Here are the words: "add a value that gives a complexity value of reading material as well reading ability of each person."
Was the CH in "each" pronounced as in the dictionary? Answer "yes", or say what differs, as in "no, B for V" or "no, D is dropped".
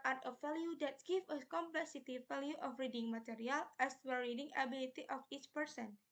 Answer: yes